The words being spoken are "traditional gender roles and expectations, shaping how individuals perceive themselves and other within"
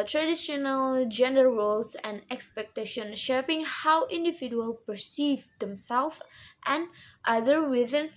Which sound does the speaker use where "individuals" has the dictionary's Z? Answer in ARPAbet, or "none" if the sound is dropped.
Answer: none